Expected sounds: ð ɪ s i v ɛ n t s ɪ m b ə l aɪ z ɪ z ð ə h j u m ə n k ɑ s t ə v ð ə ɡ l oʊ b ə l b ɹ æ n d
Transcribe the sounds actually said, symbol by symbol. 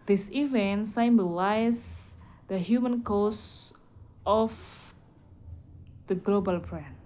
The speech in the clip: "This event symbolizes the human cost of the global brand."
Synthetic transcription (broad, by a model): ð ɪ s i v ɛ n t s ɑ m b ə l aɪ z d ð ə h j u m ə n k ɑ s t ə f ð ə ɡ l oʊ b ə l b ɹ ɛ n